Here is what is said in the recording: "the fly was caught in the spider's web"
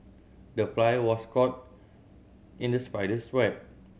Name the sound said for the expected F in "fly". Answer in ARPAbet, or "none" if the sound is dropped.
P